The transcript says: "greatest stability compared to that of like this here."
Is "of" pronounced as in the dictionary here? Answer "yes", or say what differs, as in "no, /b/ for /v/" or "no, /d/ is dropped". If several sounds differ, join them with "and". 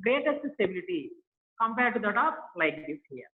no, /p/ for /v/